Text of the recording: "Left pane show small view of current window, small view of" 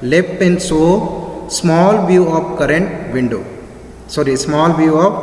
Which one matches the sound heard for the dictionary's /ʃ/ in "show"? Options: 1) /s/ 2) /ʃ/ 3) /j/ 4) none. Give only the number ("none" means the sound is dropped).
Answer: 1